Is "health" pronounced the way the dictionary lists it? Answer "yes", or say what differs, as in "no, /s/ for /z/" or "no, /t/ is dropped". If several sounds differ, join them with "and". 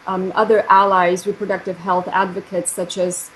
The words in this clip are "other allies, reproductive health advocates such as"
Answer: yes